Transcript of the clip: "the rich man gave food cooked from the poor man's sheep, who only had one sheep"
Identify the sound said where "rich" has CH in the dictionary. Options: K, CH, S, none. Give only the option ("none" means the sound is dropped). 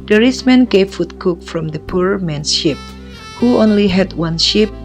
S